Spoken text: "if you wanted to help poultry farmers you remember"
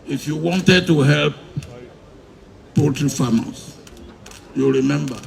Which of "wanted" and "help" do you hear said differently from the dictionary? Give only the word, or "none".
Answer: none